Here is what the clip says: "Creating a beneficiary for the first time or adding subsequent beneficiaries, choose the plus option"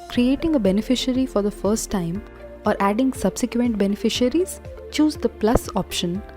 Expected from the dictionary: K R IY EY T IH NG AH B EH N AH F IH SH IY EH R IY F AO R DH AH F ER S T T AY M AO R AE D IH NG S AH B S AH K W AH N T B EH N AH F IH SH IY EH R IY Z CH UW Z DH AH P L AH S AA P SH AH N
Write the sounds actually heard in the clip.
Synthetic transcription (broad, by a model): K R IY EY T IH NG AH B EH N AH F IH SH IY R IY F AO R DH AH F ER S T T AY M AO R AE D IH NG S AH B S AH K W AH N T B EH N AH F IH SH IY R IY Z CH UW Z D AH P L AH S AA P SH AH N